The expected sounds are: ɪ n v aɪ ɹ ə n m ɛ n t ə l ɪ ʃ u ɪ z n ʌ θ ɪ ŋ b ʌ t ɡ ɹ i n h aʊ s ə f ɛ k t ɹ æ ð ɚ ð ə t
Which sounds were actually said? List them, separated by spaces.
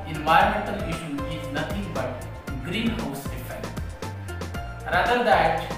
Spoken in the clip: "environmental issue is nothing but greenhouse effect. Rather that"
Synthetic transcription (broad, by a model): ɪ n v aɪ ɹ m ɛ n t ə l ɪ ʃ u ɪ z n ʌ t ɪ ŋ b ʌ t ɡ ɹ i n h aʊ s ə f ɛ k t ɹ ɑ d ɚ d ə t